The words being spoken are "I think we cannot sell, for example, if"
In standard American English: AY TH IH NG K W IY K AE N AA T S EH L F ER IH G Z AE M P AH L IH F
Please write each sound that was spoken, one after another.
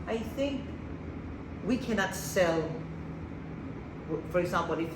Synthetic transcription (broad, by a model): AY TH IH NG K W IY K AE N AA T S EH L F ER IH G Z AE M P L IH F